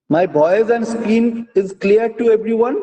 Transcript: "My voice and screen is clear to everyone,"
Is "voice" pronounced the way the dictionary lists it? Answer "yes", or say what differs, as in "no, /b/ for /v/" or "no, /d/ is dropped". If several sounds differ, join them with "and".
no, /b/ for /v/